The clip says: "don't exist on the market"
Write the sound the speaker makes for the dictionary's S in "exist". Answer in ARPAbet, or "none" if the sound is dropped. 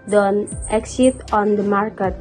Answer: none